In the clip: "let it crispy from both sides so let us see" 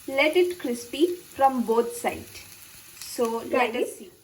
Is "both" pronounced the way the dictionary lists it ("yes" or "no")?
no